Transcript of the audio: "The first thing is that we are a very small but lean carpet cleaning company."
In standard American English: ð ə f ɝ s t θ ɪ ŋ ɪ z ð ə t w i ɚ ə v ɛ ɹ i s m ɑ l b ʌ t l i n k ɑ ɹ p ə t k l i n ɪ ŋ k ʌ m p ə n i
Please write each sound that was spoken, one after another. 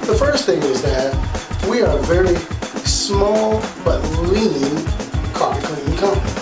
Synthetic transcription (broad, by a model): ð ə f ɝ s t θ ɪ ŋ ɪ z ð ə t w i ɚ ə v ɛ ɹ i s m ɑ l b ʌ t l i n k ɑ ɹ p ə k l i ɪ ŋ k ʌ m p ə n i